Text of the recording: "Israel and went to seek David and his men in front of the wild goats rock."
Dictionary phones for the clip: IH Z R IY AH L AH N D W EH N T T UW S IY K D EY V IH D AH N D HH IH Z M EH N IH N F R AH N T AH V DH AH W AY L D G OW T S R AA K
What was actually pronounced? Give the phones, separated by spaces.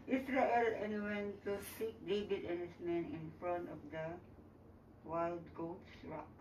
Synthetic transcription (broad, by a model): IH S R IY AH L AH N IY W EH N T T UW S IY K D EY B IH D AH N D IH S M EH N IH N F R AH N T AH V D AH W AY L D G OW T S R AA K